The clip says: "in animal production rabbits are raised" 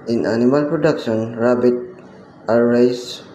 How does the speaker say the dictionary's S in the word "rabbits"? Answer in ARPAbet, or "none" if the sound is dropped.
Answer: none